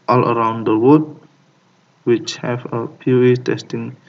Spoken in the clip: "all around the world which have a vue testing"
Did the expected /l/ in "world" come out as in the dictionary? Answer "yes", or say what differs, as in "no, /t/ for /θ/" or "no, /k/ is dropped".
no, /l/ is dropped